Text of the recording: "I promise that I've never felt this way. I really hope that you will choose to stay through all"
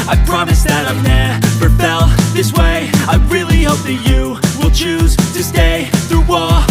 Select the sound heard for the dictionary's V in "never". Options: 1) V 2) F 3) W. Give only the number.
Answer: 2